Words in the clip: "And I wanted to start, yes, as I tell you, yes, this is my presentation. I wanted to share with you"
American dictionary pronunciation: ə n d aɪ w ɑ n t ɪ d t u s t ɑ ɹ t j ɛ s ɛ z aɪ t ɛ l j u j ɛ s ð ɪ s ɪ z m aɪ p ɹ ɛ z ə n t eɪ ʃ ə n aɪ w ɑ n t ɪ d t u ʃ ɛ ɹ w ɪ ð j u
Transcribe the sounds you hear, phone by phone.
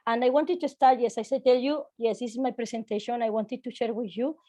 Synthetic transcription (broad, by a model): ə n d aɪ w ɑ n t ɪ d t u s t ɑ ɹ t j ɛ s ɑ s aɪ t ɛ l j u j ɛ s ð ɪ s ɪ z m aɪ p ɹ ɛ s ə n t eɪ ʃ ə n aɪ w ɑ n t ɪ d t u ʃ ɛ ɹ w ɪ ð j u